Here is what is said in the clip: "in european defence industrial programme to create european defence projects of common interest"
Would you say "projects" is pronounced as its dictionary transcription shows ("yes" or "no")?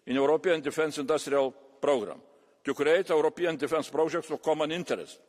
no